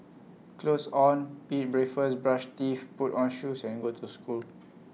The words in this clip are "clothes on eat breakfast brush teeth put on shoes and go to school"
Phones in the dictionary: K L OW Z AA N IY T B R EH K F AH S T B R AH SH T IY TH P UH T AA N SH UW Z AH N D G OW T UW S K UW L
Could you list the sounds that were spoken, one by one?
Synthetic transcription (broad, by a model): K L OW S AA N IY T B R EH F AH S B R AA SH T IY F P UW T AA N SH UW S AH N G OW T UW S K UW L